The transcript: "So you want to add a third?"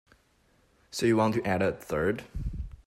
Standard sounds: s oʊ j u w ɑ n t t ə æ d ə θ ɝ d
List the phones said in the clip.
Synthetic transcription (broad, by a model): s oʊ j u w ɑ n t t æ d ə θ ɝ d